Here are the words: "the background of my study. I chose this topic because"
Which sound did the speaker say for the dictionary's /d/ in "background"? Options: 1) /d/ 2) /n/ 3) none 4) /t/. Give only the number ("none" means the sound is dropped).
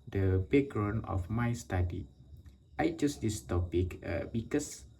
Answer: 3